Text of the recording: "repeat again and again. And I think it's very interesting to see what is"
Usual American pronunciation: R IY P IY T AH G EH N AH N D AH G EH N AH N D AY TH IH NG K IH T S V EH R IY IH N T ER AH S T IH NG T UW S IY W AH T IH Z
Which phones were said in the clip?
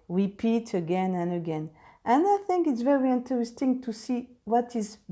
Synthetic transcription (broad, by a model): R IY P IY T AH G EH N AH N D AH G EH N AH N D AY TH IH NG K IH T S V EH R IY IH N T ER AH S T IH NG T UW S IY W AH T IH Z